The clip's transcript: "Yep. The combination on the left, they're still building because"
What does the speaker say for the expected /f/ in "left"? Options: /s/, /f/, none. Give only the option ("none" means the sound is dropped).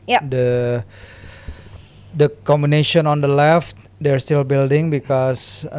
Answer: /f/